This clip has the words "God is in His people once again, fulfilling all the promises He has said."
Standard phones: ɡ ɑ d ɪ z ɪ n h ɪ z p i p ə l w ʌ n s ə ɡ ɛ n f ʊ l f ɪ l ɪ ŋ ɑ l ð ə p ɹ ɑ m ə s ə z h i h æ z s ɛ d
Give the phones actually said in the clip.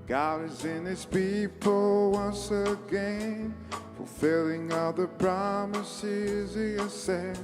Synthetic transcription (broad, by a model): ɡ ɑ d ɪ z ɪ n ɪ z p i p l w ʌ n s ə ɡ ɛ n f ʊ l f ɪ l ɪ ŋ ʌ ð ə p ɹ ɑ m ə s ə z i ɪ s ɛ